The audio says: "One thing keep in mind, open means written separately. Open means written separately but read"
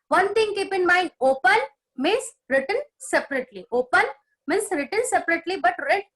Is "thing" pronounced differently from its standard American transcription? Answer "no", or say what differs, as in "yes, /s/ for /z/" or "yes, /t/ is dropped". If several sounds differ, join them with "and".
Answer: yes, /t/ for /θ/